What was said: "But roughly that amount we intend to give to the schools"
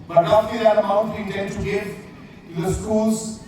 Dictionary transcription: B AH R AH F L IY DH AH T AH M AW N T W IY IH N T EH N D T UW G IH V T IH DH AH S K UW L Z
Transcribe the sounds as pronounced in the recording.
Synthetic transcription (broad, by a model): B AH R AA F IY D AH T AH M AW N T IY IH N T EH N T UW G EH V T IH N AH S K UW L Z